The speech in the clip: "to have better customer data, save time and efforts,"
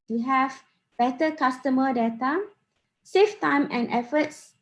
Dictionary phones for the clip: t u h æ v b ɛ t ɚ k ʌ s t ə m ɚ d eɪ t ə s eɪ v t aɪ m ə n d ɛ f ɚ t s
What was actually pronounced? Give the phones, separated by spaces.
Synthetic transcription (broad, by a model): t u h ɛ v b ɛ t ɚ k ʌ s t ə m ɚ d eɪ t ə s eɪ f t aɪ m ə n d ɛ f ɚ t s